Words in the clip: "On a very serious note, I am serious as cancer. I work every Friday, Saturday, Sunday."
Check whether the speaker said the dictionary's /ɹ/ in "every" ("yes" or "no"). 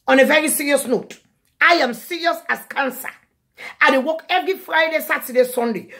no